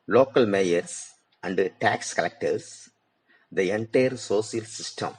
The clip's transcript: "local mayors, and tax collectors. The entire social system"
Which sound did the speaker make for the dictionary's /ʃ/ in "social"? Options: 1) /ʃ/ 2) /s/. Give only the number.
2